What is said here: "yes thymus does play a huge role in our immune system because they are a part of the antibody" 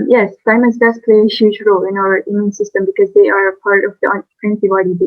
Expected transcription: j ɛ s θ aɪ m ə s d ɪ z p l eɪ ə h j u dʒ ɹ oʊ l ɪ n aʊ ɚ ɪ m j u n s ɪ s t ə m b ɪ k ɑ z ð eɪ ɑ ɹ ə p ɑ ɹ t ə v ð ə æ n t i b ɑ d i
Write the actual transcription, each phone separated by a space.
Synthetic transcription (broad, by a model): j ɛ s f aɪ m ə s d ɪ s p l eɪ ə h j u dʒ ɹ oʊ l ɪ n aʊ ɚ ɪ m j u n s ɪ s t ə m b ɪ k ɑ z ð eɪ ɑ ɹ ə p ɑ ɹ t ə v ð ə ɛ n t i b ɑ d i